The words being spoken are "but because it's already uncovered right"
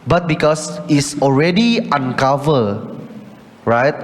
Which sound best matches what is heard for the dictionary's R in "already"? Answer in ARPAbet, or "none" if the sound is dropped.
R